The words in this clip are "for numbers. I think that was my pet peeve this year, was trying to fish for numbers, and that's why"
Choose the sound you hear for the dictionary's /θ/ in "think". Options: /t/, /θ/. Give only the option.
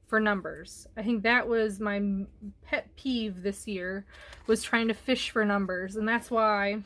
/θ/